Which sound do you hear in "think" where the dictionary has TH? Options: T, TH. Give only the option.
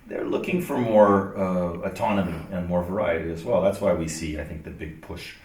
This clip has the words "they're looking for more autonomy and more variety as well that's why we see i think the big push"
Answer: TH